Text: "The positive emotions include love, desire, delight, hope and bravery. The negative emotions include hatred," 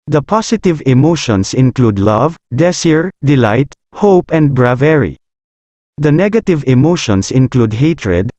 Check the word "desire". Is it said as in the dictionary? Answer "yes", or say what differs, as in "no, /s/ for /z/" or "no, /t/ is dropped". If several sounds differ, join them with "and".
no, /s/ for /z/